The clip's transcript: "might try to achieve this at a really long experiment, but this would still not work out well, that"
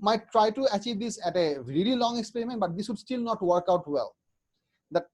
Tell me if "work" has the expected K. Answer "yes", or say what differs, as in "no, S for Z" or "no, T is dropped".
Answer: yes